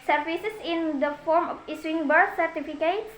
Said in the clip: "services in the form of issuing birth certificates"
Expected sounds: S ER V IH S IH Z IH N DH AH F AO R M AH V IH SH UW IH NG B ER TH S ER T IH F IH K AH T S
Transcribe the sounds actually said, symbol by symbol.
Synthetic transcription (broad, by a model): S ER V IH S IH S IH N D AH F AO R M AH F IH S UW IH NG B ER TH S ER T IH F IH K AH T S